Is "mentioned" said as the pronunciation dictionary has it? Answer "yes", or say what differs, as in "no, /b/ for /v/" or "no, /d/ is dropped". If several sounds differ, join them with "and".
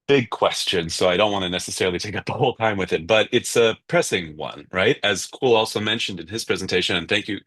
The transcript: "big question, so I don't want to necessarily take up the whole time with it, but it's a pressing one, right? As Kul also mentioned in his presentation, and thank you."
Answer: yes